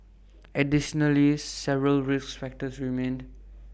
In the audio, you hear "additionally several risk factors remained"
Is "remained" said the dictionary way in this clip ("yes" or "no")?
yes